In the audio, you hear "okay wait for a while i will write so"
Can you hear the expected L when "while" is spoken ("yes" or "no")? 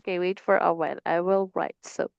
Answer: no